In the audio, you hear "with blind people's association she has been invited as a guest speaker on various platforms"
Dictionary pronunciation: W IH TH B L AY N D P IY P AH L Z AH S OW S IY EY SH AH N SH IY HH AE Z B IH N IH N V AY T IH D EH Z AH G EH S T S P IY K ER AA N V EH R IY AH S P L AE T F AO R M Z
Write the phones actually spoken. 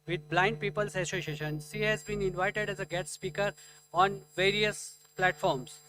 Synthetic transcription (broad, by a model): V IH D B L AY N D P IY P AH L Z AH S OW S IY EY SH AH N IY HH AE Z B IH N IH N V AY T IH D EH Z AH G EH T S P IY K ER AA N V EH R IY AH S P L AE T F AO R M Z